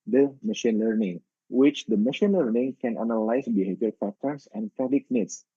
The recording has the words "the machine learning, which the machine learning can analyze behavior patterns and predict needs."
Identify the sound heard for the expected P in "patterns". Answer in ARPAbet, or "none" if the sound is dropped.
F